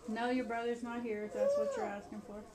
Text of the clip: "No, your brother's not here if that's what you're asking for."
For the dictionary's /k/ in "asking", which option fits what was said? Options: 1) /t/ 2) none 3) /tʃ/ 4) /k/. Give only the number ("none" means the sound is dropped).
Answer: 4